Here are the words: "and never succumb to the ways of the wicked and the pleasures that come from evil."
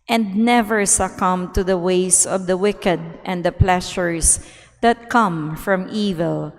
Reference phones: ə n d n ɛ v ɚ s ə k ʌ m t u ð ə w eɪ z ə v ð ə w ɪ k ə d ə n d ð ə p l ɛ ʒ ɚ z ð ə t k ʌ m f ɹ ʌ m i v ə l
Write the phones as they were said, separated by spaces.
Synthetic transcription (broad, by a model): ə n d n ɛ v ɚ s ə k ʌ m t u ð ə w eɪ s ə v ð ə w ɪ k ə d ə n d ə p l ɛ ʃ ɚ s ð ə t k ʌ m f ɹ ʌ m i v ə l